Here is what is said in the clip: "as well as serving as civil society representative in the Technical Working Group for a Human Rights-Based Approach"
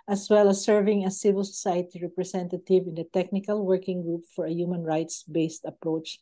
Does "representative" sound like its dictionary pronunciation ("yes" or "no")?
no